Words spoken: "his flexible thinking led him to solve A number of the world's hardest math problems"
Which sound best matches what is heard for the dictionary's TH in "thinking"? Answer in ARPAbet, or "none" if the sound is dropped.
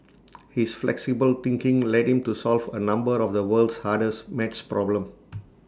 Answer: T